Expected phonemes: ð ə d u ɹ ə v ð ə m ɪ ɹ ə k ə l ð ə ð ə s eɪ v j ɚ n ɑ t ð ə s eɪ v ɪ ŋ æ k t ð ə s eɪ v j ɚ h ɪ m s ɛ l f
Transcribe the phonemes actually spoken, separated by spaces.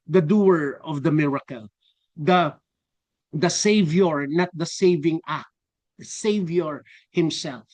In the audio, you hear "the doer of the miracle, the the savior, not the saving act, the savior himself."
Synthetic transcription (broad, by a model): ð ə d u ɹ ə v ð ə m ɪ ɹ ə k ə l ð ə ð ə s eɪ v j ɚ n ɑ t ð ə s eɪ v ɪ ŋ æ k t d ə s eɪ v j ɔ h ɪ m s ɛ l f